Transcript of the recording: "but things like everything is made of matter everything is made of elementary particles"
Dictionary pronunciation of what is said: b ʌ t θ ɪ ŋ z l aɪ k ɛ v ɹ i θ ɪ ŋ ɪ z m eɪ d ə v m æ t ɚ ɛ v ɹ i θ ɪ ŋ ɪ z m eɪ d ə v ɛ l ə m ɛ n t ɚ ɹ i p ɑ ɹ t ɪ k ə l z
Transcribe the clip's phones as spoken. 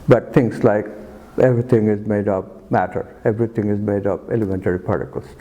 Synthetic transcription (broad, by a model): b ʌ t t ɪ ŋ s l aɪ k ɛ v ɹ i t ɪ ŋ ɪ z m eɪ d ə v m æ t ɚ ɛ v ɹ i t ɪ ŋ ɪ z m eɪ d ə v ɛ l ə m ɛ n t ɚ ɹ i p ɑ ɹ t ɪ k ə l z